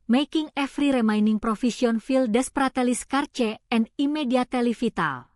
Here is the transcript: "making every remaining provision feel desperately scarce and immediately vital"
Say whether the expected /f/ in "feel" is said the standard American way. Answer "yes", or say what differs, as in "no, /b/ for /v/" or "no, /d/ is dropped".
yes